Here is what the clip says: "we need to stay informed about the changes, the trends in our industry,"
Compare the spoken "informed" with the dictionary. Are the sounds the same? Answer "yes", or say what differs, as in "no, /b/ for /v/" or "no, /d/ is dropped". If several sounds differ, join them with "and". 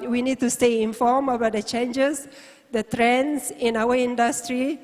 no, /d/ is dropped